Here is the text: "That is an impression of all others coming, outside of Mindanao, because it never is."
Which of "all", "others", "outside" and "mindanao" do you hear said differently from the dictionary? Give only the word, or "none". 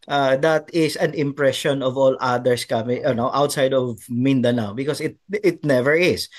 others